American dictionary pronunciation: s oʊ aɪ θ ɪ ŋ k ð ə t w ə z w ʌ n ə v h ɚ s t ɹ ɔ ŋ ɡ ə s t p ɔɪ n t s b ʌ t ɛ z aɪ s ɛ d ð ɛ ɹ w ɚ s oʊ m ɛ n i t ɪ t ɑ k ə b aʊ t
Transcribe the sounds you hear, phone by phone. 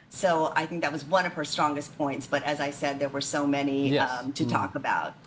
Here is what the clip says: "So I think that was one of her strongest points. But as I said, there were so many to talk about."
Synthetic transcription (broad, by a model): s oʊ aɪ θ ɪ ŋ k ð ə t w ə z w ʌ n ə v ɚ s t ɹ ɔ ŋ ɡ ə s t p ɔɪ n t s b ʌ t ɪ z aɪ s ɛ d ð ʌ ɹ w ɚ s oʊ m ɛ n i t ɪ t ɑ k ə b aʊ t